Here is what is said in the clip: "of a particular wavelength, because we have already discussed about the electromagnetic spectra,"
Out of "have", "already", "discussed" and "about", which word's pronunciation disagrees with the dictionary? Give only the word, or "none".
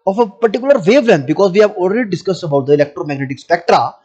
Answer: none